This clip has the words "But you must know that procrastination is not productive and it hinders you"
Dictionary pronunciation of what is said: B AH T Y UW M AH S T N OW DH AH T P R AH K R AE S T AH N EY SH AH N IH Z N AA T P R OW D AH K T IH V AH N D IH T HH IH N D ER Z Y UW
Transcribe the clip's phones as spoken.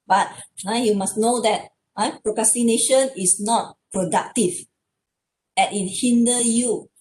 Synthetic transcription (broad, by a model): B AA T Y UW M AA S N OW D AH T P R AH K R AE S T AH N EY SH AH N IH S N AA T P R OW D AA K T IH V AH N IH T HH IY N D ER Y UW